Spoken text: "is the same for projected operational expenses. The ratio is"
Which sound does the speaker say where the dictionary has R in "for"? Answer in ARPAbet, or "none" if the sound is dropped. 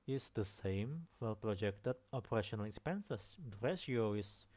L